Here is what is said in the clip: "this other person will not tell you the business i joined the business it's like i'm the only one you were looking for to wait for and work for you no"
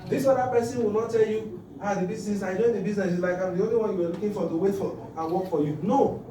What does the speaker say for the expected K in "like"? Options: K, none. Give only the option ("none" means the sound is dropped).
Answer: K